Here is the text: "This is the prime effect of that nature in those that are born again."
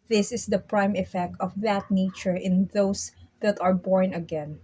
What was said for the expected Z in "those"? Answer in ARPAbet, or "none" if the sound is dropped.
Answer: S